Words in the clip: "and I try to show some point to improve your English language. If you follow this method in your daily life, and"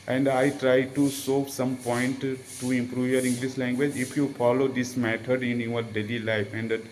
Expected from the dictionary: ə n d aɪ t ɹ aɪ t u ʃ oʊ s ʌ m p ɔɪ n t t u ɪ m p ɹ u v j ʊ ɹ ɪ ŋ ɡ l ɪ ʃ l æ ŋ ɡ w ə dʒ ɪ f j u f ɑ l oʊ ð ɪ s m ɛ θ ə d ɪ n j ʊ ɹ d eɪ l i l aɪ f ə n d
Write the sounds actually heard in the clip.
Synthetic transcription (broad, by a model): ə n d aɪ t ɹ aɪ t u s oʊ s ʌ m p ɔɪ n t t u ɪ m p ɹ u v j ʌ ɹ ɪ ŋ ɡ l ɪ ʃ l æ ŋ ɡ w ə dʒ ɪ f j u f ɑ l oʊ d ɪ s m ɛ t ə d ɪ n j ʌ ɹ d eɪ l i l aɪ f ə n d